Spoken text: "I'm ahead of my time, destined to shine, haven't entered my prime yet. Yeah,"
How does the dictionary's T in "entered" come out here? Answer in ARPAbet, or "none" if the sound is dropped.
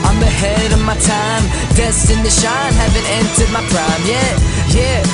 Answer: S